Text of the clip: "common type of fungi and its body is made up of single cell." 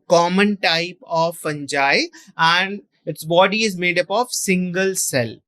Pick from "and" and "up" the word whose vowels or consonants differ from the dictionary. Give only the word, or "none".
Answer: none